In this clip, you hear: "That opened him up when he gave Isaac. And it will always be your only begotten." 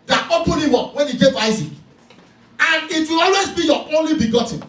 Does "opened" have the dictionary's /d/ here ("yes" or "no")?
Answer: no